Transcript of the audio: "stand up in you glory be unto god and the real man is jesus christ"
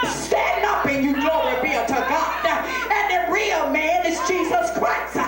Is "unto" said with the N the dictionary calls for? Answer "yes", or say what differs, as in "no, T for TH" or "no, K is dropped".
no, N is dropped